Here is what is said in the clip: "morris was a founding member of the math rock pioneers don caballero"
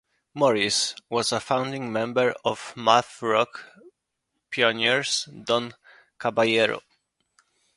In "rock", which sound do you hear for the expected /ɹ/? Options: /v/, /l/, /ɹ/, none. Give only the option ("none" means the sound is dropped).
/ɹ/